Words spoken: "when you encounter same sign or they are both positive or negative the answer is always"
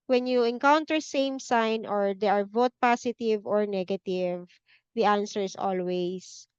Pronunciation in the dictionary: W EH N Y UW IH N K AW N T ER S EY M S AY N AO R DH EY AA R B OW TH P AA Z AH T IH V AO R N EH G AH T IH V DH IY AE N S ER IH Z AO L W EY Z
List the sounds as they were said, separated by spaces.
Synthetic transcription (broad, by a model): W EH N Y UW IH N K AW N T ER S EY M S AY N AO R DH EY AA R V OW T P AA S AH T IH V AO R N EH G AH T IH V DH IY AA N S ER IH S AO L W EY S